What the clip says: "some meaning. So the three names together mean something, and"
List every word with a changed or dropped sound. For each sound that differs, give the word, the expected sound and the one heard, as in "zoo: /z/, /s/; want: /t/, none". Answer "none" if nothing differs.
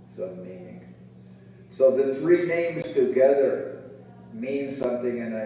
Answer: none